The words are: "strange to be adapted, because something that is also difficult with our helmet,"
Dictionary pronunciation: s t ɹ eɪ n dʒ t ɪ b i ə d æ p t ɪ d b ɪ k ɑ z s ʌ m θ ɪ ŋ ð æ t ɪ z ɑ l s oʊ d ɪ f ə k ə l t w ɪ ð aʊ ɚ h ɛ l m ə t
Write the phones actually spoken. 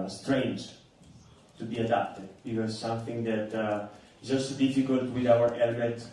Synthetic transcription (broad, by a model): s t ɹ eɪ n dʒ t ɪ b i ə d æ p t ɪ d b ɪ k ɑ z s ʌ m θ ɪ ŋ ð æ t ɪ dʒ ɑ s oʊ d ɪ f ə k ə l t w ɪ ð aʊ ɚ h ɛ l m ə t